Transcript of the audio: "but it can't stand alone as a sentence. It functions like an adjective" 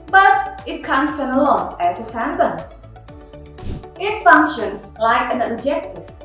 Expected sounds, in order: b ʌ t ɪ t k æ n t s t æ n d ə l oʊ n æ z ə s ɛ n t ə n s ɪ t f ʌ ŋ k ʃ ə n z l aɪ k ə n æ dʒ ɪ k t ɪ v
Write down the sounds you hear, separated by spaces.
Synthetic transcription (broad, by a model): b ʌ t ɪ t k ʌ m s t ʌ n ə l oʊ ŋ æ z ə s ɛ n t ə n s ɪ t f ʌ ŋ k ʃ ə n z l aɪ k ə n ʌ dʒ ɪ k t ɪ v